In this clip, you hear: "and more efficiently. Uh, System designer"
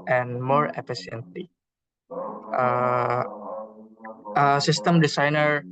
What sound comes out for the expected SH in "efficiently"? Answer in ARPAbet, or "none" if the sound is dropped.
S